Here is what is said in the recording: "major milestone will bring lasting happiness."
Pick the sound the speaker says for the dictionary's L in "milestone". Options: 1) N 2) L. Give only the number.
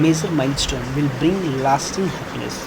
1